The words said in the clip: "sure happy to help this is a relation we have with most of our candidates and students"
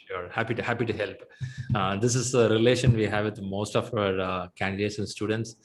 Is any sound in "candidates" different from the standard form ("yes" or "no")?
no